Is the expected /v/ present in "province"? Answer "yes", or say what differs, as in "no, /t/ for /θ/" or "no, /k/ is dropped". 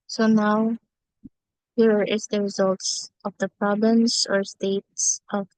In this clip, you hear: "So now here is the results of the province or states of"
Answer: no, /b/ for /v/